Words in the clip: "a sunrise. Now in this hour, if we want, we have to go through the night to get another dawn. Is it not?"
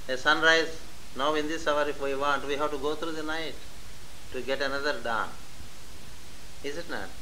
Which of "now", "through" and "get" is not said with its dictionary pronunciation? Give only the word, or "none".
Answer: through